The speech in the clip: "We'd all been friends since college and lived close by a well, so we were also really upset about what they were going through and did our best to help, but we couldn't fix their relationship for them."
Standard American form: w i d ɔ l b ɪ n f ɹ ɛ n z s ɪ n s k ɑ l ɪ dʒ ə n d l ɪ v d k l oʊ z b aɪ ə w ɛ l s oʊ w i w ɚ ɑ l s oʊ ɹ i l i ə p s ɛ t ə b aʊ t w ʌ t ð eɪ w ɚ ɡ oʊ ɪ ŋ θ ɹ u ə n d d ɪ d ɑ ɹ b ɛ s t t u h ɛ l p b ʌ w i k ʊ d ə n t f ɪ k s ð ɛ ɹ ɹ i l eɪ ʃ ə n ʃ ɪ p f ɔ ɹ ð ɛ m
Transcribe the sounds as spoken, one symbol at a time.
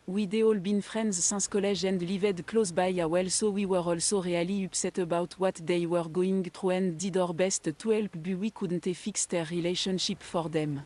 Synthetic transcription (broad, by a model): w i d ɔ l b ɪ n f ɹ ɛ n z s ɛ s k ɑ l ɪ ʒ ə n d l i v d k l oʊ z b aɪ ə w ɛ l s oʊ w i w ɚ ɑ l s oʊ ɹ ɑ l i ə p s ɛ t ə b aʊ t w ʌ t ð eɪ w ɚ ɡ oʊ ɪ ŋ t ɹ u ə n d d ɪ d ɑ ɹ b ɛ s t t u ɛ l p b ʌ w i k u d n t f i k s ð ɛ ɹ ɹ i l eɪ ʃ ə n ʃ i p f ɔ ɹ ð ɛ m